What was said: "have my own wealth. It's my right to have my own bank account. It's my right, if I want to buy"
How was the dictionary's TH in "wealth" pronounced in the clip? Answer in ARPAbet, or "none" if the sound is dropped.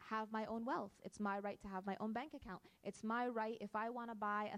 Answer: TH